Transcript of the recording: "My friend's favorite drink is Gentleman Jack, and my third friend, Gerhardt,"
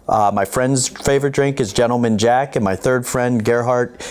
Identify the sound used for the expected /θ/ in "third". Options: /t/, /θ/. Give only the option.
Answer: /θ/